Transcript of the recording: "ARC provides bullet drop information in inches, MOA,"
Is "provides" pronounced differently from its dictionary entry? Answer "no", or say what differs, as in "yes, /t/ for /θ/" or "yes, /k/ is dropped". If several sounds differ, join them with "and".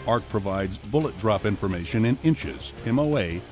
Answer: no